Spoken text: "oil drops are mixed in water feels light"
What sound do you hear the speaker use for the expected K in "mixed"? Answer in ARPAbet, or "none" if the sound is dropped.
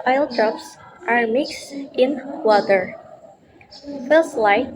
K